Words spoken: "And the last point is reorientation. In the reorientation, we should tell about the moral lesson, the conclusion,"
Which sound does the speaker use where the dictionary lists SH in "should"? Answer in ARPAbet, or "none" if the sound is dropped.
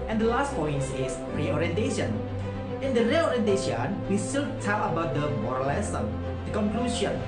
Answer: S